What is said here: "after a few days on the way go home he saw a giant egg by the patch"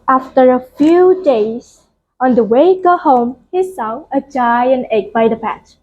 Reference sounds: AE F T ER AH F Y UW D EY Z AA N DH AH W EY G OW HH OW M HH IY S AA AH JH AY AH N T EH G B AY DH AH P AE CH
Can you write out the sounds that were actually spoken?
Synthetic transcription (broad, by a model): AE F T ER AH F Y UW D EY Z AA N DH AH W EY G OW HH OW M HH IY S AA AH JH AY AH N EH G B AY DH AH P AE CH